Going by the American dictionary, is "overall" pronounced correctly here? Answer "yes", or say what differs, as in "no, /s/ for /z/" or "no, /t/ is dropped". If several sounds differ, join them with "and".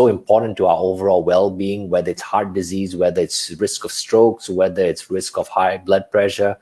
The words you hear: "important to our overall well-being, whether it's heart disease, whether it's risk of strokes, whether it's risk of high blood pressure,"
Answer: yes